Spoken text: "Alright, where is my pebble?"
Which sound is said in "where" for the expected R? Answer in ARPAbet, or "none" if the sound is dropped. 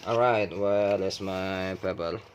L